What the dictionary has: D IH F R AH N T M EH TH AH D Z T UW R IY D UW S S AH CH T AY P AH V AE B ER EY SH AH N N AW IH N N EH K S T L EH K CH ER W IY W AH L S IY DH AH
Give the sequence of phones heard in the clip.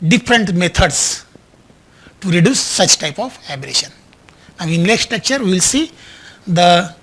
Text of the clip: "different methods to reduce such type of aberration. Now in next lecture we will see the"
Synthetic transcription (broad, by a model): D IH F R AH N T M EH T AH D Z T UW R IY D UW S S AH CH T AY P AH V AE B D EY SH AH N N AW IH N L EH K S T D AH K CH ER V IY L S IY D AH